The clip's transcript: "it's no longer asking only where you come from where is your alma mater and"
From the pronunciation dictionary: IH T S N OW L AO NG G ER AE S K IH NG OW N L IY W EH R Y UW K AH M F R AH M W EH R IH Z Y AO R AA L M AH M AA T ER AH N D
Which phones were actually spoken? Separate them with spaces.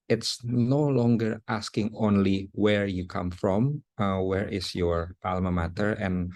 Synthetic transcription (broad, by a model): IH T S N OW L AO NG G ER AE S K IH NG OW N L IY W EH R Y UW K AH M F R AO M W EH R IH S Y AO R AA L M AH M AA T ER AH N